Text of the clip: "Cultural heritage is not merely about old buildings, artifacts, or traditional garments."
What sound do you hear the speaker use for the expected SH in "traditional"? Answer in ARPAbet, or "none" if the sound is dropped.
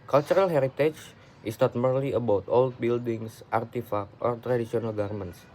S